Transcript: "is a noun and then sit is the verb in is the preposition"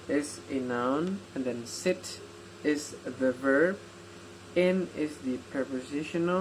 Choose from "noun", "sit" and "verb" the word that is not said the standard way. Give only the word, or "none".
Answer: none